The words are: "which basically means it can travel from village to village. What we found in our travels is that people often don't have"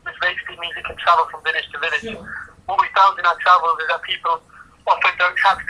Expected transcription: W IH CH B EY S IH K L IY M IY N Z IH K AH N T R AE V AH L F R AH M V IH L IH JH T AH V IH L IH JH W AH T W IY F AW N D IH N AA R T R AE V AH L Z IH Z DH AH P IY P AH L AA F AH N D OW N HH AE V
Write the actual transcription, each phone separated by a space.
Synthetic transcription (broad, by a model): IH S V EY IH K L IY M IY Z IH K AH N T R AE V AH L F R AH M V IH N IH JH T AH V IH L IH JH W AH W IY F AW N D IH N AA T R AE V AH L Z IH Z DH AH P IY P AH L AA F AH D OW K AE